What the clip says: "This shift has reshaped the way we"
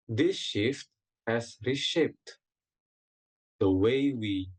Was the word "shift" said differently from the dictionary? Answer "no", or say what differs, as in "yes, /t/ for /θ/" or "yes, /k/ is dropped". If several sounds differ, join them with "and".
no